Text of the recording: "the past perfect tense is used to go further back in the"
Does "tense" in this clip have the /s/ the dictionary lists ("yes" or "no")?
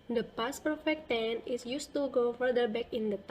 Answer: no